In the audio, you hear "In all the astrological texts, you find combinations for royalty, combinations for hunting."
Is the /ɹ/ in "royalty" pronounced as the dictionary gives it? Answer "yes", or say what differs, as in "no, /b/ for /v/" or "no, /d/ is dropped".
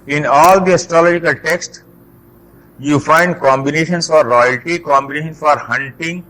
yes